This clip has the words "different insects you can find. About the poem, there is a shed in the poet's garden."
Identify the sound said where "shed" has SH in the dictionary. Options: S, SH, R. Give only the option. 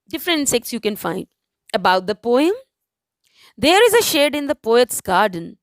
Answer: SH